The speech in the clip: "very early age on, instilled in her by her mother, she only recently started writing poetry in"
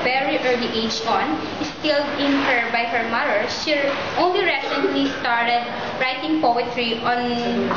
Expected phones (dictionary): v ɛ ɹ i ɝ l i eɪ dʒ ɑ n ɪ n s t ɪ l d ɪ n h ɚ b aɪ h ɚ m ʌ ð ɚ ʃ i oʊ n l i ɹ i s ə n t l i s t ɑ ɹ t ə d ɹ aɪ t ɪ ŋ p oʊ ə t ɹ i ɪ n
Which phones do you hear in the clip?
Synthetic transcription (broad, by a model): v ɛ ɹ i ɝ l i eɪ dʒ ɑ n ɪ s t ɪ l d ɪ n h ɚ b aɪ h ɚ m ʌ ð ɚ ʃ i oʊ n l i ɹ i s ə n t l i s t ɑ ɹ t ə d ɹ aɪ t ɪ ŋ p oʊ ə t ɹ i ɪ n